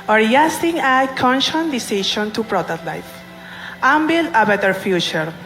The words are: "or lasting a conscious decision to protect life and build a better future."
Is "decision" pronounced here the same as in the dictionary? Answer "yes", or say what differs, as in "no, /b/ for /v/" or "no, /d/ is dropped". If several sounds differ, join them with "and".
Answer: no, /ʃ/ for /ʒ/